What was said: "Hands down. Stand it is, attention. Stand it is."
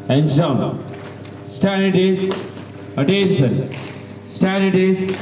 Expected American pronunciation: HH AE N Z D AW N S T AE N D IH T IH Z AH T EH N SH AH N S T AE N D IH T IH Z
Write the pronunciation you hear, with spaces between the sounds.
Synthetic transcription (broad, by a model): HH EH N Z D AW N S T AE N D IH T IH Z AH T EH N S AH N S T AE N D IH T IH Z